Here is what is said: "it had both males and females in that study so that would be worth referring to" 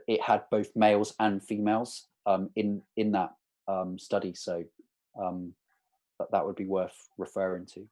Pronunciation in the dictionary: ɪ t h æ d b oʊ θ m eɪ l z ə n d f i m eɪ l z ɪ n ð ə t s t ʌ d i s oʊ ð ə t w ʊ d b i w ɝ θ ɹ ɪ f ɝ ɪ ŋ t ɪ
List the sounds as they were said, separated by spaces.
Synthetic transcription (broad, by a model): ɪ t h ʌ d b oʊ θ m eɪ l z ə n f i m eɪ l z ɪ n ð ə t s t ʌ d i s oʊ ð ə t w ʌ d b i w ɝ θ ɹ ɪ f ɝ ɪ ŋ t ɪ